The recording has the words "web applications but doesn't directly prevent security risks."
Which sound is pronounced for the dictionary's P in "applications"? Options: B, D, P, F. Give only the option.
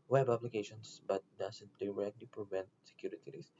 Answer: B